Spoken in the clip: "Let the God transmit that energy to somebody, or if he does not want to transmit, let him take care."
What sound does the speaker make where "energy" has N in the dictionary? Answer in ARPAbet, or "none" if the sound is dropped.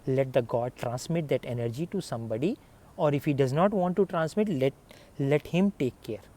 N